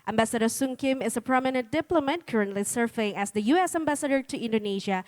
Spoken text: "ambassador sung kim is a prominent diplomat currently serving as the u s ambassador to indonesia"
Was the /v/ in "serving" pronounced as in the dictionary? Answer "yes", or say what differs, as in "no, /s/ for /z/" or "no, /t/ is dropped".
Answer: no, /f/ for /v/